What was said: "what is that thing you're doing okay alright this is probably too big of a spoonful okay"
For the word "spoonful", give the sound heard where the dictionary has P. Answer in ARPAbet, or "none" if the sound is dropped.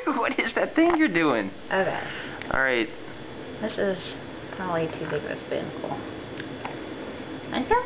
B